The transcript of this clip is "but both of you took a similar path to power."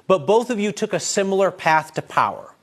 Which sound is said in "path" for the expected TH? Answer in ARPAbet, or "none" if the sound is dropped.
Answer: TH